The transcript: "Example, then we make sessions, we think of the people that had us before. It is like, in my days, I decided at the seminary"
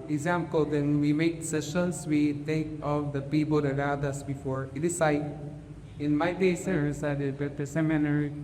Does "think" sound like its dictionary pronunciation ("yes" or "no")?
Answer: no